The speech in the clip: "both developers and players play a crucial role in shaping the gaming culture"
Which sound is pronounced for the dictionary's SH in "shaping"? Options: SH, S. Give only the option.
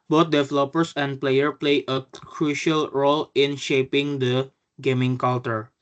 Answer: SH